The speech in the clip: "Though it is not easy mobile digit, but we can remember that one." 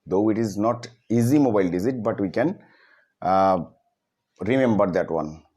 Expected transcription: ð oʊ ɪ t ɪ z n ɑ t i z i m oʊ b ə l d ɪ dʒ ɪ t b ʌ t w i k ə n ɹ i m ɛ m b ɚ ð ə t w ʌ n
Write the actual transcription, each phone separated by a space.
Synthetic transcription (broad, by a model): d oʊ ɪ t ɪ z n ɑ t i z i m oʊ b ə l d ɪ z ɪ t b ʌ t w i k ə n ɹ i m ɛ m b ɚ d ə t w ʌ n